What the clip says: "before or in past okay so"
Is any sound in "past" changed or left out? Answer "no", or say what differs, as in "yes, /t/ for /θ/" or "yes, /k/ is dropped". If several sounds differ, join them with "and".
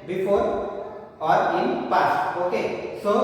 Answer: yes, /t/ is dropped